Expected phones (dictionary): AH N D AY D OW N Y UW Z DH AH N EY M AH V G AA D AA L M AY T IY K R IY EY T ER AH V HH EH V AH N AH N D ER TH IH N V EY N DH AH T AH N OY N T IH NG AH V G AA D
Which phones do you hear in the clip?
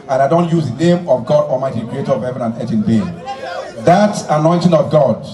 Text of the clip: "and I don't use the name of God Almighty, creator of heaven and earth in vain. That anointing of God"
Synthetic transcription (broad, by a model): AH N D AY D OW N Y UW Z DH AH N EY M AH V G AA D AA M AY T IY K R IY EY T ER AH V HH EH V AH N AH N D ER T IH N B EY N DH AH T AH N OY N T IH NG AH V G AA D